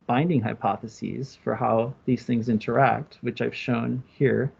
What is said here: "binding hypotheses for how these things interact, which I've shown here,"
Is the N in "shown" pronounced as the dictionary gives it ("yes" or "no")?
yes